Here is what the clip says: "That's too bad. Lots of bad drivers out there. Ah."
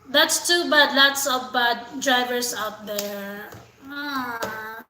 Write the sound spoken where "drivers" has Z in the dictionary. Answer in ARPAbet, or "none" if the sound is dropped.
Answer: S